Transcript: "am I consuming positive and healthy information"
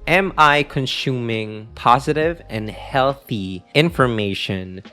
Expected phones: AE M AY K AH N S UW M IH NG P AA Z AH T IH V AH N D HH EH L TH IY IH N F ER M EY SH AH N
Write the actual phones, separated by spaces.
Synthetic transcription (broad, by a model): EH M AY K AH N S UW M IH NG P AA Z AH T IH V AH N HH EH L TH IY IH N F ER M EY SH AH N